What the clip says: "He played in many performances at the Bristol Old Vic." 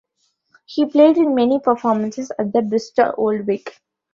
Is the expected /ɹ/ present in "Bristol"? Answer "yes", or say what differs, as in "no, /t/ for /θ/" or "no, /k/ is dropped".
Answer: no, /ɹ/ is dropped